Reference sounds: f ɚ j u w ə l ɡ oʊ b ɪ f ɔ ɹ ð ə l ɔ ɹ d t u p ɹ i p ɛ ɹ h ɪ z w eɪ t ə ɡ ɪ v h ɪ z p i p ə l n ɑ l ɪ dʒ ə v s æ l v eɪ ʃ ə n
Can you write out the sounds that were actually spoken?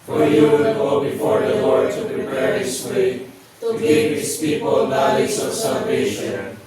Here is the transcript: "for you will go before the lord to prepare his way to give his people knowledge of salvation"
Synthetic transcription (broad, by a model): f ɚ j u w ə n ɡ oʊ b ɪ f ɔ ɹ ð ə l ɔ ɹ d t u p ɹ i p ɛ ɹ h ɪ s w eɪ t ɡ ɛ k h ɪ s p i p ə l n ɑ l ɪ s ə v s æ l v eɪ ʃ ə n